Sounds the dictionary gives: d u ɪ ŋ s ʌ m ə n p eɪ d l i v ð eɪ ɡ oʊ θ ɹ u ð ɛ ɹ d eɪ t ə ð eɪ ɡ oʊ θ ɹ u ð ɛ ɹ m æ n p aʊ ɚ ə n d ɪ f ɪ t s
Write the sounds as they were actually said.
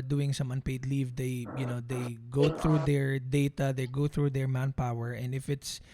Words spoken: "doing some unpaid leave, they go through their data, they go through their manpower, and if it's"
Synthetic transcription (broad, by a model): d u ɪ ŋ s ʌ m ə n p eɪ d l i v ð eɪ ɡ oʊ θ ɹ u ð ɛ ɹ d eɪ t ə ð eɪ ɡ oʊ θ ɹ u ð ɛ ɹ m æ n p aʊ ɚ ə n d ɪ f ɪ t s